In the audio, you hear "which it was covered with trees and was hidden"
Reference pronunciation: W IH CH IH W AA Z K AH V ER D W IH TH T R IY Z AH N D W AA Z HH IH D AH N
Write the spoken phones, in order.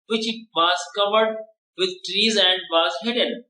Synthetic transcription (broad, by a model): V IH CH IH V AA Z K AH V ER D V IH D T R IY Z AH N D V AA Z HH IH D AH N